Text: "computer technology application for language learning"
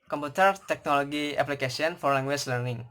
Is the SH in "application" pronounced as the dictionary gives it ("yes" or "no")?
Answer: no